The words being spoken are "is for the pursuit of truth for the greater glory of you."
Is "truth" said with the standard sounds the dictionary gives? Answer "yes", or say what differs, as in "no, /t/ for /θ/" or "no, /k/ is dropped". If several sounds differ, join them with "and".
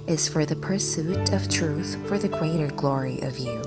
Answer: yes